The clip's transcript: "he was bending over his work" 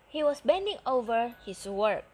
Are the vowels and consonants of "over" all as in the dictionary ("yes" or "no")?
yes